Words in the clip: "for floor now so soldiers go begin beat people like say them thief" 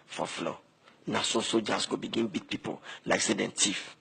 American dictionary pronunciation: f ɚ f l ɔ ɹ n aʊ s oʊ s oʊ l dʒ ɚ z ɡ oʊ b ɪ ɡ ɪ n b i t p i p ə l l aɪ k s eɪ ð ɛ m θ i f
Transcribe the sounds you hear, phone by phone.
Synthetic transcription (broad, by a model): f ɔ f l ɔ n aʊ s oʊ s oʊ dʒ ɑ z ɡ oʊ b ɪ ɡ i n b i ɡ p i p ə l l aɪ k s eɪ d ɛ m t i f